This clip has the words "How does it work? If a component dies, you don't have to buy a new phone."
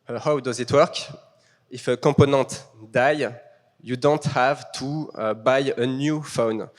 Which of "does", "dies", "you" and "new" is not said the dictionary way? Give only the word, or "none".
dies